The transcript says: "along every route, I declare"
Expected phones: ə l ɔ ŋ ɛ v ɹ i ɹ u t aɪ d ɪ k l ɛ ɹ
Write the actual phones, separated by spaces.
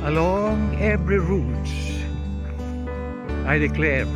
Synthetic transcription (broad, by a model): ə l ɔ ŋ ɛ v ɹ i ɹ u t aɪ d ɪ k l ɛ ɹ